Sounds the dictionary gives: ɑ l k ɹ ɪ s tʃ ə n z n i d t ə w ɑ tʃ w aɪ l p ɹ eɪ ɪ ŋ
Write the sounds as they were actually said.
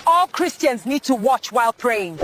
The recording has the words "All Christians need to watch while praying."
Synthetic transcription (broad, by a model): ɑ l k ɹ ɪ s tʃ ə n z n i d t ə w ɑ tʃ w aɪ l p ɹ eɪ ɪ ŋ